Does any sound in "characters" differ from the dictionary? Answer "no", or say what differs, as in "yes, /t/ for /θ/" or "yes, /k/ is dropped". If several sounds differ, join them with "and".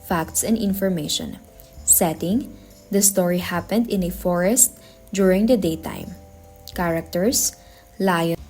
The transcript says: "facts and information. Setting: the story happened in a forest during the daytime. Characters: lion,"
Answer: yes, /s/ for /z/